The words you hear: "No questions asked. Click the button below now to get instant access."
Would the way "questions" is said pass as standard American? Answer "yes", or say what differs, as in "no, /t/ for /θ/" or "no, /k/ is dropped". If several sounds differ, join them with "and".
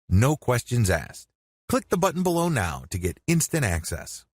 yes